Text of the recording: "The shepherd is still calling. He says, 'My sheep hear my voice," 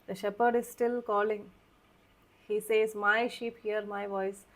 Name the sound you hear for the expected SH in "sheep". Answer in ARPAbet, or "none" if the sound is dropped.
SH